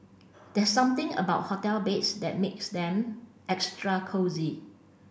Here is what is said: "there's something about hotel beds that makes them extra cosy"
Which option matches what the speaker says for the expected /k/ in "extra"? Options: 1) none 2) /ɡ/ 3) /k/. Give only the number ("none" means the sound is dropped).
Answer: 3